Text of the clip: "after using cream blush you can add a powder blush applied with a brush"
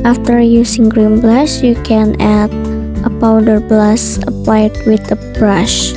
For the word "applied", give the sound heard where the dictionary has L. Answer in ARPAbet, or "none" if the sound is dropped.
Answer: none